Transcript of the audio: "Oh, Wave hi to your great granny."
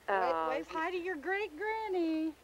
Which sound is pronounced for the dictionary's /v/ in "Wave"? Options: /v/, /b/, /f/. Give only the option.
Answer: /f/